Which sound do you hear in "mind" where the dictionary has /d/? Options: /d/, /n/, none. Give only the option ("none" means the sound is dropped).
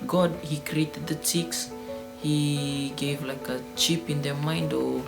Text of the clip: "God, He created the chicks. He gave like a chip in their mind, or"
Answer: /d/